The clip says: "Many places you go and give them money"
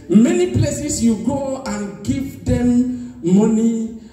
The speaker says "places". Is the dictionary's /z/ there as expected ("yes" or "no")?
no